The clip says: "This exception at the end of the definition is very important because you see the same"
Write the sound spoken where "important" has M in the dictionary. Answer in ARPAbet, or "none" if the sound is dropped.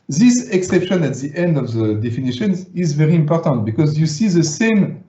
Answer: M